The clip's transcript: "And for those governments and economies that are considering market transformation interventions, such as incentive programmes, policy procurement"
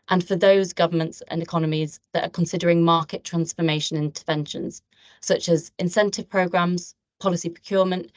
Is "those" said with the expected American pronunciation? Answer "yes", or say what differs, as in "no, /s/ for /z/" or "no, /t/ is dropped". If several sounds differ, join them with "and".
yes